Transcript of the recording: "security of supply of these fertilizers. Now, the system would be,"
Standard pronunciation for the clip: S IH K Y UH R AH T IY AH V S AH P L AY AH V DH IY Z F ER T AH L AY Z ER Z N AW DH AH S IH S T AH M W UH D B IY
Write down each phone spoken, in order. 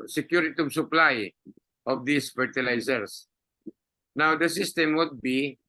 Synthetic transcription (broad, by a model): S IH K Y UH R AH T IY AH B S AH P L AY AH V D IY S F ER T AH L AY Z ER S N AW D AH S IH S T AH M W UH D B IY